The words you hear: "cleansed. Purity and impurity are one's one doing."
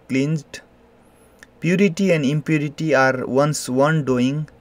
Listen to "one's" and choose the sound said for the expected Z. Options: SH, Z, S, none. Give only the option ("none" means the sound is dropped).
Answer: S